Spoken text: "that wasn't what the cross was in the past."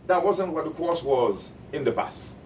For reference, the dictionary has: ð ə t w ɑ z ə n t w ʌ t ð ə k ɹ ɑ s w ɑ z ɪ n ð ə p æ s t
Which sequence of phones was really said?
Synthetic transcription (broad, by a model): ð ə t w ɑ z ə n t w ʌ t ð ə k ɑ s w ɑ z ɪ n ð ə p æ s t